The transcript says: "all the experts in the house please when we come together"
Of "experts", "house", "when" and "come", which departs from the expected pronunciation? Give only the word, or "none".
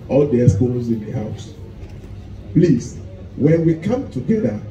experts